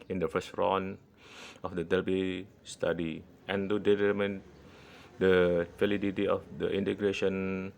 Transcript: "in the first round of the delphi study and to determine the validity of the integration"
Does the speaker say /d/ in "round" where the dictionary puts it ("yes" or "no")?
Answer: no